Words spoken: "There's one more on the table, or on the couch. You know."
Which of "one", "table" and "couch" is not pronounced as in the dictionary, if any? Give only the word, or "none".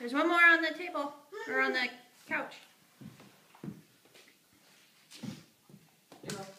none